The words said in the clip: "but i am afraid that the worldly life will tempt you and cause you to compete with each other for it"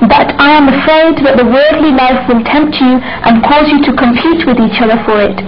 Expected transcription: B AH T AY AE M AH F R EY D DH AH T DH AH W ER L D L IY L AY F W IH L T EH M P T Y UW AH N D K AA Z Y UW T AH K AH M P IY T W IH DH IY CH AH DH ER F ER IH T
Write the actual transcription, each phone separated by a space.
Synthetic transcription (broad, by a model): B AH T AY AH M AH F R EY D DH AH T DH AH W ER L D L IY L AY F W IH L T EH M P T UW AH N K AA Z Y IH T AH K AH M P IY T W IH DH IY CH AH DH ER F ER IH T